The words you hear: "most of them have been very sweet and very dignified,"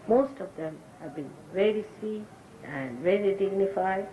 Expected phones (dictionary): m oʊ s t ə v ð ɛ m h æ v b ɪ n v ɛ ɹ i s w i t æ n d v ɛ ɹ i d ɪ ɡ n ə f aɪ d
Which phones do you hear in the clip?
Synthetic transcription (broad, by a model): m oʊ s t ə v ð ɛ m h æ v b ɪ n v ɛ ɹ i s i æ n d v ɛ ɹ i d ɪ ɡ n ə f aɪ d